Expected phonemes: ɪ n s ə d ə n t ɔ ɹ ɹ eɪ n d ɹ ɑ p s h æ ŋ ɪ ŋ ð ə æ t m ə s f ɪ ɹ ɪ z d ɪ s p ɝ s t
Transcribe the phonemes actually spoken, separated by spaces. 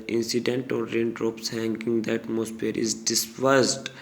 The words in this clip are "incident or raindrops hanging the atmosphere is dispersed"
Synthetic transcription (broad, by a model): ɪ n s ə d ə n t ɔ ɹ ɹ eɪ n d ɹ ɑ p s h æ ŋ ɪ ŋ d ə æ t m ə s p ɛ ɹ ɪ z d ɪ s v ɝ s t